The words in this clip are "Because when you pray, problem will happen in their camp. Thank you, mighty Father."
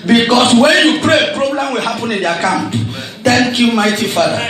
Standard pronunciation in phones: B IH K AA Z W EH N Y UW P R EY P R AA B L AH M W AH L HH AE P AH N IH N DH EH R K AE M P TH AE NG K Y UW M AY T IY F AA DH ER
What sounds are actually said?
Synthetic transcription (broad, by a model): B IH K AA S W EH N Y UW P R EY P R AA B L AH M W AH L HH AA P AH N IH N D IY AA K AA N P T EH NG K Y UW M AY T IY F AA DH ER